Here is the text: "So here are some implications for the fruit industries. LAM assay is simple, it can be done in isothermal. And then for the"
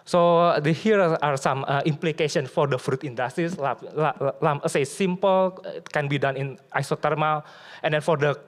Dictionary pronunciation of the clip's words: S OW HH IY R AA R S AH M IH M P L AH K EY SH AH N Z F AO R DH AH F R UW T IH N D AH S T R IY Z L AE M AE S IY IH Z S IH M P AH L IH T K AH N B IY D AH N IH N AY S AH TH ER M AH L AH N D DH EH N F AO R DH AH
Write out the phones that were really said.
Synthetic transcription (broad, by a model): S OW HH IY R AA R S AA M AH M P L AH K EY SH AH N S F AO R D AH F R UW T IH N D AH S T IY S L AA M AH S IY S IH M P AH L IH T K AH N B IY D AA N IH N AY S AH T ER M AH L AH N D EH N F AO R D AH